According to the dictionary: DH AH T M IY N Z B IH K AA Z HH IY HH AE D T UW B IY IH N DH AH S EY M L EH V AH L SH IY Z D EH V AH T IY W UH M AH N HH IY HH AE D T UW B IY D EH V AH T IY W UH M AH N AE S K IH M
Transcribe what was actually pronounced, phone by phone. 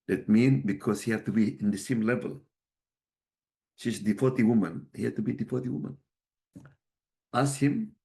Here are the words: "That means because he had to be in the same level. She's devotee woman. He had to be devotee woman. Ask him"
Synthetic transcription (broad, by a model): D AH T M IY N B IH K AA S HH IY HH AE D T UW B IY IH N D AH S EY M L EH V AH L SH IY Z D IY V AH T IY W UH M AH N HH IY HH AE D T UW B IY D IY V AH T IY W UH M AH N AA S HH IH M